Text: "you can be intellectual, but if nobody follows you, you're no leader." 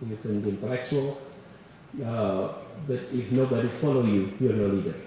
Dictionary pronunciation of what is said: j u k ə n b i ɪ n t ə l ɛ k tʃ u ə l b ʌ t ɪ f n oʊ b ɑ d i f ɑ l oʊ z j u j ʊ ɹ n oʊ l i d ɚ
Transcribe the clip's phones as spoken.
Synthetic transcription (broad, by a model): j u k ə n b i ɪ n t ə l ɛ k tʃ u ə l b ʌ t ɪ f n oʊ b ɑ d i f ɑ l oʊ j u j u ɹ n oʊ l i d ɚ